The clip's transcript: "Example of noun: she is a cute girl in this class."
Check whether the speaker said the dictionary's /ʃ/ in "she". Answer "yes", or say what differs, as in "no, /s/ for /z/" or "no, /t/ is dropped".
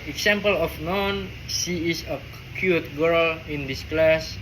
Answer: no, /s/ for /ʃ/